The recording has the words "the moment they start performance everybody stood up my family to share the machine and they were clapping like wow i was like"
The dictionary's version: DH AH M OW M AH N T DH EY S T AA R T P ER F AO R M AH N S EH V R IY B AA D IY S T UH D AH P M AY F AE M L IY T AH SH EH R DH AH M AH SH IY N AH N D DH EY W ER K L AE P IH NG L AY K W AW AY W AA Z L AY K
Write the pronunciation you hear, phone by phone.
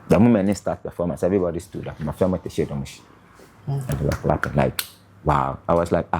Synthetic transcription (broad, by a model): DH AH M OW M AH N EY S T AA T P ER F AO M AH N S EH V R IY B AA D IY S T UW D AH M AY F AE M IY T AH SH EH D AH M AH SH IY AH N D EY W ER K L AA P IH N L AY K W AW AY W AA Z L AY K